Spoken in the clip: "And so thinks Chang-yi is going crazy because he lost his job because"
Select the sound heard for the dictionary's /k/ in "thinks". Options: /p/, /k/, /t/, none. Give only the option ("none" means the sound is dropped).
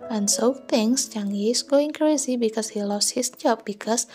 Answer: none